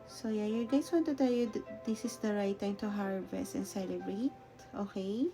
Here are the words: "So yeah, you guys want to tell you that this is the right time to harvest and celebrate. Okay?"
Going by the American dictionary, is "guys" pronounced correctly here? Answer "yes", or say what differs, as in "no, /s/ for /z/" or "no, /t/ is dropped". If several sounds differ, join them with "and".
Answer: no, /s/ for /z/